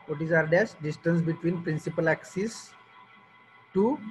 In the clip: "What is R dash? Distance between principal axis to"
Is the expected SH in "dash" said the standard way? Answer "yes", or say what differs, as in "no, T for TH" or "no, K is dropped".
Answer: no, S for SH